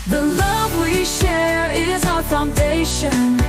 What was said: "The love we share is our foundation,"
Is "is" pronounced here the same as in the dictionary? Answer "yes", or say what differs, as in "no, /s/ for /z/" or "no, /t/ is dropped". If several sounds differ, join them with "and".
yes